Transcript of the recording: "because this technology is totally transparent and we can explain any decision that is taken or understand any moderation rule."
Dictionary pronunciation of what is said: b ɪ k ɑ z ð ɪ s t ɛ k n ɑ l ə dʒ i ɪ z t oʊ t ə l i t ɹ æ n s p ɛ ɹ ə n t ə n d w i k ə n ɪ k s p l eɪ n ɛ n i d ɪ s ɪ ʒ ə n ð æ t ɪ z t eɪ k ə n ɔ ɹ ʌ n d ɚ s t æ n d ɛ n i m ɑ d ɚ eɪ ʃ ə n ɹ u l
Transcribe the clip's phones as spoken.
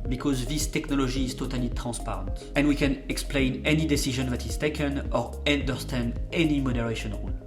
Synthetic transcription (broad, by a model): b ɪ k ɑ z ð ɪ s t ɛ k n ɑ l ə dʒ i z t oʊ t ə l i t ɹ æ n s p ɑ ɹ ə n t ə n d w i k ə n ɪ k s p l eɪ n ɛ n i d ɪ s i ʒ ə n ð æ t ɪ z t eɪ k ə n ɔ ɹ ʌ n d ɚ s t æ n d ɛ n i m ɑ d ɚ eɪ ʃ ə n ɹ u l